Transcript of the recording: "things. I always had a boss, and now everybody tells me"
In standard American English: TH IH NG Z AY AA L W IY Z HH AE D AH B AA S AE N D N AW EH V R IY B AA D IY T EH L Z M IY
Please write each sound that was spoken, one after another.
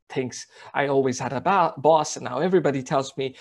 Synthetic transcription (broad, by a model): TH IH NG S AY AA L W IY Z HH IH D AH B AA S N N AW EH V R IY B AA D IY T EH L Z M IY